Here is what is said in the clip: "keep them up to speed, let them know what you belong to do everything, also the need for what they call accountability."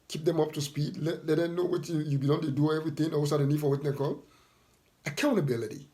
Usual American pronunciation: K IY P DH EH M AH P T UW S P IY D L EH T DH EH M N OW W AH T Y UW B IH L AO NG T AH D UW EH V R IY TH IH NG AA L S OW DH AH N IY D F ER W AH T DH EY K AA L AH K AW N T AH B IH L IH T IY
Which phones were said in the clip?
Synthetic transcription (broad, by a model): K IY P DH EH M AH P T UW S P IY D L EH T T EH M N OW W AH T Y UW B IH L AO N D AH D UW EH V R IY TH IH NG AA W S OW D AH N IY D F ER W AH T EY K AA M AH K AW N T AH B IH L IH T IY